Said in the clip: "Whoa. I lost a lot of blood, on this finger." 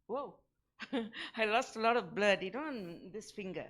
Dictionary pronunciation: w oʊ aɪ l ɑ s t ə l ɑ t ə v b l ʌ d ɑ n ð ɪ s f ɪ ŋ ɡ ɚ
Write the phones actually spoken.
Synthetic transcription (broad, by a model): w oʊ aɪ l ɑ s t ə l ɑ t ə v b l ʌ d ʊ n ð ɪ s f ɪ ŋ ɡ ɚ